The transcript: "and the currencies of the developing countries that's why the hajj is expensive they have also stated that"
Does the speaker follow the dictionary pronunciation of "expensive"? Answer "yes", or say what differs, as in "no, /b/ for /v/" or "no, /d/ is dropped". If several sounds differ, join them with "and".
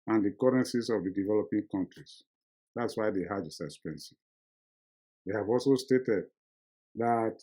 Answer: no, /k/ is dropped